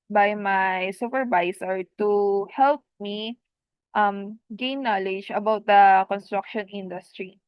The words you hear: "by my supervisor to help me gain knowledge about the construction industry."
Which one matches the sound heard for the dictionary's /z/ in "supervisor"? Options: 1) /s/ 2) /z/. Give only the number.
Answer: 1